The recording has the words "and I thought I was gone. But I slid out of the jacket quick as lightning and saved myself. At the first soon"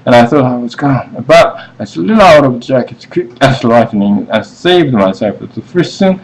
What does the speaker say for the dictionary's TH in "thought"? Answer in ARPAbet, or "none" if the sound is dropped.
TH